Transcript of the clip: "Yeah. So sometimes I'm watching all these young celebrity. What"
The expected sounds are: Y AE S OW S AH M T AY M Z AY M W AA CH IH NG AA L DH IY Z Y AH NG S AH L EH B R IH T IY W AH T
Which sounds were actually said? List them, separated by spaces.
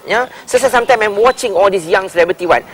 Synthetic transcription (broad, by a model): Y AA S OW S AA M T AY M AY M W AA CH IH NG AA L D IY S Y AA NG S AH L EH B R IH T IY W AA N